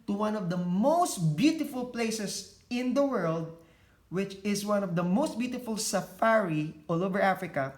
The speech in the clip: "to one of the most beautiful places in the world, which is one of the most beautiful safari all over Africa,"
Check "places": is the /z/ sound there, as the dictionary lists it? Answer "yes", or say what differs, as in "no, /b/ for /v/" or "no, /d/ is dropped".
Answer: no, /s/ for /z/